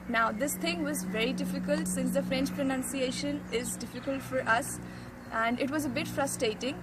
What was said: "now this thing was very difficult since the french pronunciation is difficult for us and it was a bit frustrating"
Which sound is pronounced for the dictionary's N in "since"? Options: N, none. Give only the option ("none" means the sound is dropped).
N